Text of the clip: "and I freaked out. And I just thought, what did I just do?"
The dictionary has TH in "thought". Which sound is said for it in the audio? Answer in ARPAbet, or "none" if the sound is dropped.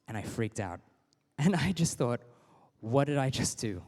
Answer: TH